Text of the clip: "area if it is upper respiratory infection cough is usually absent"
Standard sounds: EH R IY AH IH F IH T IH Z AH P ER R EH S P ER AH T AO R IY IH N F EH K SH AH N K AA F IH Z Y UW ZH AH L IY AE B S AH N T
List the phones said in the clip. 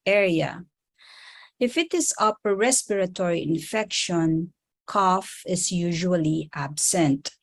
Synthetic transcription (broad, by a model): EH R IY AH IH F IH T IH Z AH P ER R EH S P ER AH T AO R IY IH N F EH K SH AH N K AA F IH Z Y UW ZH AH L IY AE B S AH N T